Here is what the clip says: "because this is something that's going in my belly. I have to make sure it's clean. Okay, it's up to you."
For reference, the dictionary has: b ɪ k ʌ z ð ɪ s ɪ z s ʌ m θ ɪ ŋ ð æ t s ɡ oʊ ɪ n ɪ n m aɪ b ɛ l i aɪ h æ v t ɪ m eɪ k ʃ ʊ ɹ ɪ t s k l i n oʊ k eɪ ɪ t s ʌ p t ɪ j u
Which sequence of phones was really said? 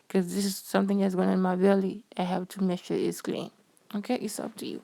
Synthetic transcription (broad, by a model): k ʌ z ð ɪ s ɪ z s ʌ m θ ɪ ŋ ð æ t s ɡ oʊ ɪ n ɪ n m aɪ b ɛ l i aɪ h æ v t ɪ m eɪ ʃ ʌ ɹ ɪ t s k l i n oʊ k eɪ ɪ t s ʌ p t ɪ j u